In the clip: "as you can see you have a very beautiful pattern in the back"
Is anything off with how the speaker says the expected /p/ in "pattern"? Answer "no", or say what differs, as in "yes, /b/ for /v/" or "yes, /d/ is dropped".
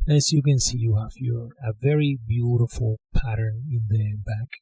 no